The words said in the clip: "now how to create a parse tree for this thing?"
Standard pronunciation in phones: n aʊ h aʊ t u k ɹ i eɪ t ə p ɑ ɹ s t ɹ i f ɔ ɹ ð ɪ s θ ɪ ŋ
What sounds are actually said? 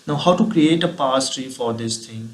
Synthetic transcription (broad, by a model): n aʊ h aʊ t u k ɹ i eɪ t ə p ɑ s t ɹ i f ɔ ɹ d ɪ s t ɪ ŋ